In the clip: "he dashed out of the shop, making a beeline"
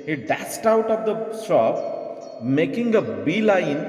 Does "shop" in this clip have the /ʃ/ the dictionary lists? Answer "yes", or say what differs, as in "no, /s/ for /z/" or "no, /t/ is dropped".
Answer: no, /s/ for /ʃ/